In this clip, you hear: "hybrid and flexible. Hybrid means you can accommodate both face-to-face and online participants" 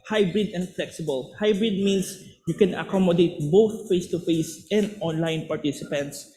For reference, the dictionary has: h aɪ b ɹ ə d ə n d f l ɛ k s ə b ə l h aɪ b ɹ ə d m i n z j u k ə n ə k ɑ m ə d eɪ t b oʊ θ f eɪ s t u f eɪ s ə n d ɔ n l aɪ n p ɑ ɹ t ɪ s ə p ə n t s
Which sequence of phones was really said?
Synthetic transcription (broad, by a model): h aɪ b ɹ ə d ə n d f l ɛ k s ə b ə l h aɪ b ɹ ə d m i n s j u k ə n ə k ɑ m ə d eɪ t b oʊ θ f eɪ s t u f eɪ s ə n d ɔ n l aɪ n p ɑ ɹ t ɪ s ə p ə n t s